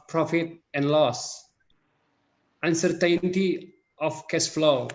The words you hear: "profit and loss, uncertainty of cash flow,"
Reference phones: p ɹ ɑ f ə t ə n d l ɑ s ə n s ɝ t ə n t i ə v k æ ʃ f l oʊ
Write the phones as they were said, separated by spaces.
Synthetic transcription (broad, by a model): p ɹ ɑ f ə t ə n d l ɑ s ə n s ɝ t ə n t i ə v k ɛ s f l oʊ